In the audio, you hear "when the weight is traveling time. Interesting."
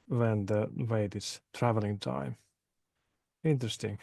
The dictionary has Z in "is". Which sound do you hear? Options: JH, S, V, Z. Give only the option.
S